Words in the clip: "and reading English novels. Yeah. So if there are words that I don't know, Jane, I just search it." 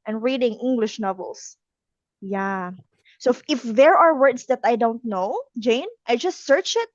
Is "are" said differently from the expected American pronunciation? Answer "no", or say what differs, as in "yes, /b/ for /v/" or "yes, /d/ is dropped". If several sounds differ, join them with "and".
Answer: no